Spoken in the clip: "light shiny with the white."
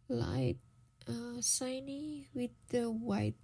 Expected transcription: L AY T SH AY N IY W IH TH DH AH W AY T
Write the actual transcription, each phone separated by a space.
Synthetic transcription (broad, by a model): L AY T S AY N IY W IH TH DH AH W AY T